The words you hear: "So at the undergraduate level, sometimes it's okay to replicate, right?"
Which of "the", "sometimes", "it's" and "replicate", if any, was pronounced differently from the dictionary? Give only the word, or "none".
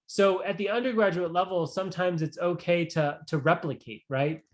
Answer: none